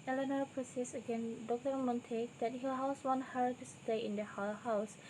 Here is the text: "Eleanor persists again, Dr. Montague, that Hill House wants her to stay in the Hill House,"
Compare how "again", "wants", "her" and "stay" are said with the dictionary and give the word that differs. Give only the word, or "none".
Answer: wants